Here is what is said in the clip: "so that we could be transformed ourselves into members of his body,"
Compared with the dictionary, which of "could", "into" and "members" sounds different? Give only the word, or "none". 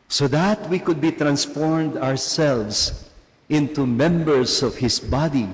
members